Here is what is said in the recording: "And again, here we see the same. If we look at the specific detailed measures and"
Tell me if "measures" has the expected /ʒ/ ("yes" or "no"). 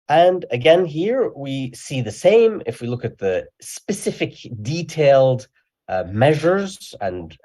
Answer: yes